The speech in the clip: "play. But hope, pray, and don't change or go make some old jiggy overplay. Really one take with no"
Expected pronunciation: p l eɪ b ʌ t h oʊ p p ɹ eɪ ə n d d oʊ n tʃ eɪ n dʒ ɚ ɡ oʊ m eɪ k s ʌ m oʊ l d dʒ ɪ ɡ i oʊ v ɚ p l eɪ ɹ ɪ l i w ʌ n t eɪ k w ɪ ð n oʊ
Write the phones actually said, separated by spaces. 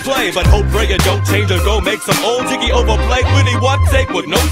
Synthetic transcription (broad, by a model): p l eɪ b ʌ t h oʊ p f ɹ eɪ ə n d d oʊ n tʃ eɪ n dʒ ɚ ɡ oʊ m eɪ k s ʌ m oʊ l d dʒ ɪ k i oʊ v ɚ p l eɪ w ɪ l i w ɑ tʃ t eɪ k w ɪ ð n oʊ